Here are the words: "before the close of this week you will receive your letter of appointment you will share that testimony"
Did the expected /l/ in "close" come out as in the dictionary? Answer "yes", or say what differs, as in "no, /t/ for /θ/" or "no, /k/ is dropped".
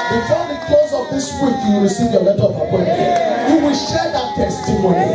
no, /l/ is dropped